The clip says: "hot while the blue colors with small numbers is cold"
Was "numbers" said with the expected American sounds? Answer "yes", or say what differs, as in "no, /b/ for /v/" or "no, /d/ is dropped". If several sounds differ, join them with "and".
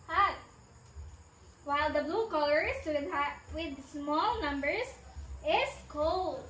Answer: no, /s/ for /z/